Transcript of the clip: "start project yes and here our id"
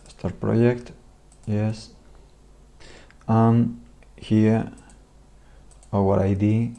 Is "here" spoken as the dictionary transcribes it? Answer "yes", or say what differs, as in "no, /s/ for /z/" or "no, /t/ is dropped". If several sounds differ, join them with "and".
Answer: no, /w/ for /ɹ/